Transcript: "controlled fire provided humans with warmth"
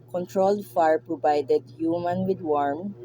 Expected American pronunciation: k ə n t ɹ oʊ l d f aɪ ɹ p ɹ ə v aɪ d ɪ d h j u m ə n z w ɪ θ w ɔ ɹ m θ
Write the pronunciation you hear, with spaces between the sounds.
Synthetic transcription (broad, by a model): k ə n t ɹ oʊ l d f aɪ ɹ p ɹ ə v aɪ d ɪ d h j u m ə n w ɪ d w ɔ ɹ m